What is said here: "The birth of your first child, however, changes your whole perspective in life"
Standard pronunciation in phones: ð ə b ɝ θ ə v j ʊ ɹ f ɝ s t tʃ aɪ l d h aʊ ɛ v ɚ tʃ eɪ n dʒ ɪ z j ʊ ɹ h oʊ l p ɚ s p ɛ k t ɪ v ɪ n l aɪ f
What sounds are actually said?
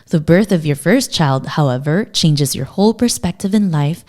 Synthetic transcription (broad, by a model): ð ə b ɝ θ ə v j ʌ ɹ f ɝ s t tʃ aɪ l d h aʊ ɛ v ɚ tʃ eɪ n dʒ ɪ z j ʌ ɹ h oʊ l p ɚ s p ɛ k t ɪ v ɪ n l aɪ f